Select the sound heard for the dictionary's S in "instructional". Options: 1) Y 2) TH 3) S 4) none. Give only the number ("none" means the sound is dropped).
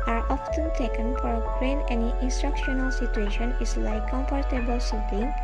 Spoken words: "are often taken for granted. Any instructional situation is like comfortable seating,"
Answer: 3